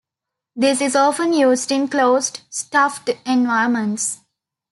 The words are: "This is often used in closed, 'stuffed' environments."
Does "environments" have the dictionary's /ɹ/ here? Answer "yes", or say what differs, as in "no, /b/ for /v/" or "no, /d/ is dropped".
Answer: no, /ɹ/ is dropped